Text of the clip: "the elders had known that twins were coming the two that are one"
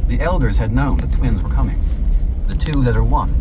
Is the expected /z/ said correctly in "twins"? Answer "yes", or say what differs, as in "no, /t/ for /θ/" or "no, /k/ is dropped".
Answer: yes